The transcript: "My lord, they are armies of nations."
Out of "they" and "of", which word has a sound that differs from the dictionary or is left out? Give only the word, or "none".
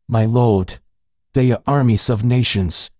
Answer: none